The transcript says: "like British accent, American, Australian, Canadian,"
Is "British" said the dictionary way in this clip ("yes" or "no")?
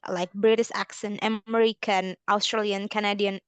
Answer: no